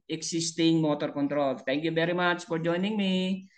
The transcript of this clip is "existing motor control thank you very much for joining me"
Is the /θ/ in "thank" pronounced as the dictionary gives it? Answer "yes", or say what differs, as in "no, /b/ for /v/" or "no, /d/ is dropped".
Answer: no, /t/ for /θ/